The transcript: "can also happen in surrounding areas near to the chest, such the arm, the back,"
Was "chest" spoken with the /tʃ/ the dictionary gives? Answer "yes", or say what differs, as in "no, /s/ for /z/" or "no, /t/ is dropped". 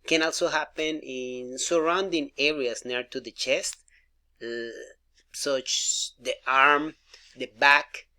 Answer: yes